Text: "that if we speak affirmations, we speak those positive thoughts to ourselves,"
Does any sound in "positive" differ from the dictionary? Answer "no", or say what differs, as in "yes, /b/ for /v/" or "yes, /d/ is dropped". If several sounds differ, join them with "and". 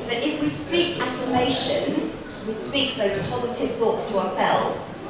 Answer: no